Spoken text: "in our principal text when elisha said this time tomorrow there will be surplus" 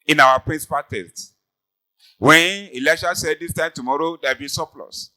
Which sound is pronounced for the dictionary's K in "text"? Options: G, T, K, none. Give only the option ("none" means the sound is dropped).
none